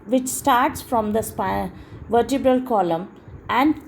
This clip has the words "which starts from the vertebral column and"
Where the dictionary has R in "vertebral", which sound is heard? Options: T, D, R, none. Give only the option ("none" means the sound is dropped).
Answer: R